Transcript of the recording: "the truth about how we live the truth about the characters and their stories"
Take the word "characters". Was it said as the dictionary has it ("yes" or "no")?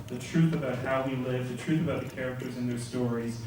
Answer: yes